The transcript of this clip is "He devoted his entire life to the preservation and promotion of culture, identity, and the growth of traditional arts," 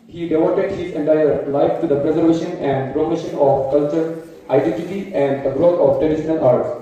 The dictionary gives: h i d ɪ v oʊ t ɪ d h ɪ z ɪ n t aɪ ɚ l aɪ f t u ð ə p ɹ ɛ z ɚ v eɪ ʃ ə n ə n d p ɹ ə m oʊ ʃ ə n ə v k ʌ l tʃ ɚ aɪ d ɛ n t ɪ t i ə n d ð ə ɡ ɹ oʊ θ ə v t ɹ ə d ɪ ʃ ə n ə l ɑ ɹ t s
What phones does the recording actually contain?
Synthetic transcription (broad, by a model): h i d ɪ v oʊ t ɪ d h ɪ z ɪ n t aɪ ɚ l aɪ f t u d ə p ɹ ɛ z ɚ v eɪ ʃ ə n ə n d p ɹ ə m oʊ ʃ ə n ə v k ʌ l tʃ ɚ aɪ d ɛ n t ɪ t i ə n d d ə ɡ ɹ oʊ t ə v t ə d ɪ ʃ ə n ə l ɑ ɹ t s